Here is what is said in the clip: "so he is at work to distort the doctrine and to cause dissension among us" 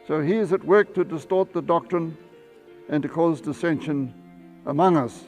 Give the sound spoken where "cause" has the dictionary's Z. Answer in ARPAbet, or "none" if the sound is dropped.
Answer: Z